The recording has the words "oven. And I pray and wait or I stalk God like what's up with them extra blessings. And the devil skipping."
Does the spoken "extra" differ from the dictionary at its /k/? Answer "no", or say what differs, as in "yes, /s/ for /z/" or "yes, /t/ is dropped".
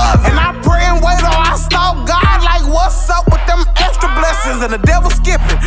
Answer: yes, /k/ is dropped